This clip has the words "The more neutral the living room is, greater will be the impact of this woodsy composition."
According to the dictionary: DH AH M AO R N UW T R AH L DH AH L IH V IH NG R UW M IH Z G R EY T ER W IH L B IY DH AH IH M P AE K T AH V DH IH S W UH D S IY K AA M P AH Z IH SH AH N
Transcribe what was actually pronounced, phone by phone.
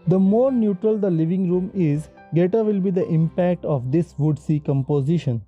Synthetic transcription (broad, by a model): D AH M AO R N UW T R AH L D AH L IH V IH NG R UW M IH Z G EY T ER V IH L B IY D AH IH M P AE K T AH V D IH S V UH D S IY K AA M P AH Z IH SH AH N